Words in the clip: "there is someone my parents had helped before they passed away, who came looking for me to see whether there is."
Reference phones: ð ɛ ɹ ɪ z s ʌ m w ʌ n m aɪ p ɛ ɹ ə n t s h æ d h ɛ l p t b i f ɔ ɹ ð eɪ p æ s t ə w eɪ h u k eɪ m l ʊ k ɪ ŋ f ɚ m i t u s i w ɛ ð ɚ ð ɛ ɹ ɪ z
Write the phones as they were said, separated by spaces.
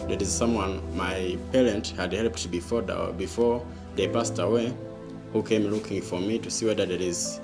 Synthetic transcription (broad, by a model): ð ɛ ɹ ɪ z s ʌ m w ʌ n m aɪ p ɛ ɹ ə n t h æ d h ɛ l p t b i f ɔ ɹ ð eɪ p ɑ s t ə w eɪ h u k eɪ m l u k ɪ ŋ f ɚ m i t u s i w ɛ ð ɚ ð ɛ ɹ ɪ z